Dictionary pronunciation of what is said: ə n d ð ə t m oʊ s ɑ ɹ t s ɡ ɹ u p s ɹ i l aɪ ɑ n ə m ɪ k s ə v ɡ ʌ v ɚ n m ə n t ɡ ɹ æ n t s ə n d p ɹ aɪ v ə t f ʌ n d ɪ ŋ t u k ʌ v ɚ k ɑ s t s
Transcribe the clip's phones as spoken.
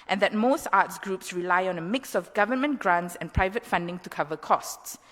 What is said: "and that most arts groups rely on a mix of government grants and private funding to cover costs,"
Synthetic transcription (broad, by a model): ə n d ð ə t m oʊ s ɑ t s ɡ ɹ u p s ɹ i l aɪ ɑ n ə m ɪ k s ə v ɡ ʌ v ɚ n m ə n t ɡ ɹ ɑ n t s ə n p ɹ aɪ v ə t f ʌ n d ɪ ŋ t u k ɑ v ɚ k ɑ s t s